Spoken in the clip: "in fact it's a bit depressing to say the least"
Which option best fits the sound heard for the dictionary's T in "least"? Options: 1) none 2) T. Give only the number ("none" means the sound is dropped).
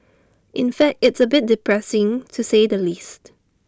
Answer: 2